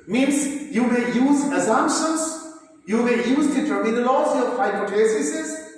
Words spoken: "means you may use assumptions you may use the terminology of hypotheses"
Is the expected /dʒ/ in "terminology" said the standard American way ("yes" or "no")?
no